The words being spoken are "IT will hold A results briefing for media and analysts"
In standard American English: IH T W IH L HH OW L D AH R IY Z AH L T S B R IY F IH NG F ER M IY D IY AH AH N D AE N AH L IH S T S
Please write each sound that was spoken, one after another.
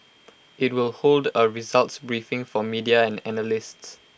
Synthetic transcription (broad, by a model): IH T W IH L HH OW L D AH R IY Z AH L T S B R IY F IH NG F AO M IY D IY AH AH N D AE N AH L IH S T S